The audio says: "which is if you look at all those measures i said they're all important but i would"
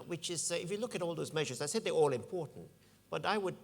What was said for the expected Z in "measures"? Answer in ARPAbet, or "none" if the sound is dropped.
Z